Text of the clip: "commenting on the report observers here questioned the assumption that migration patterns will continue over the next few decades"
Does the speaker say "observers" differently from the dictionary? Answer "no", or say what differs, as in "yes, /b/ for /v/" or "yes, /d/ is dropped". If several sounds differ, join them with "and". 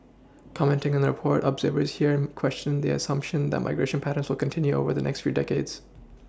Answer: no